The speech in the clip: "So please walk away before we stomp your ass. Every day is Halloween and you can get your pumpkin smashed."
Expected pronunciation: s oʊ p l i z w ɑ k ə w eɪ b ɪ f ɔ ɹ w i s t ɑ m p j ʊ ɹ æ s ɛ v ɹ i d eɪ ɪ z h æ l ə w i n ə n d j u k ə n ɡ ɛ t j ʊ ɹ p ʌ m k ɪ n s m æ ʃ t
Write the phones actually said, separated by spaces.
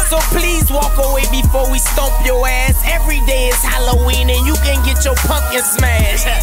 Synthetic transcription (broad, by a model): s oʊ p l i z w ɑ k ə w eɪ b ɪ f ɔ ɹ w i s t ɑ p j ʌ ɹ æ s ɛ v ɹ i d eɪ ɪ z h æ l ə w i n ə n j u k ə n ɡ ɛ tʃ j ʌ ɹ p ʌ k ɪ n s m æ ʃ